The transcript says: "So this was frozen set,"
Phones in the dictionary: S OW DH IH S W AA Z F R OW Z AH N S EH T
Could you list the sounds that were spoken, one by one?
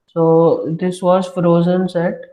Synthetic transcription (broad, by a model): S OW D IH S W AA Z F R OW Z AH N S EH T